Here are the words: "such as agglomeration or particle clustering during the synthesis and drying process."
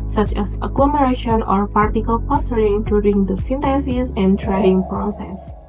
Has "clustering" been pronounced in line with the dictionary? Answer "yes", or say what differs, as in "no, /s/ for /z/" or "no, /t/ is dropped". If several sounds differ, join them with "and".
no, /s/ is dropped